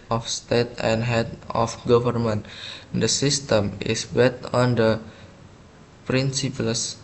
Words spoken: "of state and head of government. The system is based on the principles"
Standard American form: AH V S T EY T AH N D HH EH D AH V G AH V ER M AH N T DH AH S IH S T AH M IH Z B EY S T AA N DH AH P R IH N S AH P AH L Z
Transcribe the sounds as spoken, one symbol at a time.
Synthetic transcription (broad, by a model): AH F S T EY T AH N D HH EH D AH F G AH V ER M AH N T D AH S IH S T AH M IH S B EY T AA N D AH P R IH N S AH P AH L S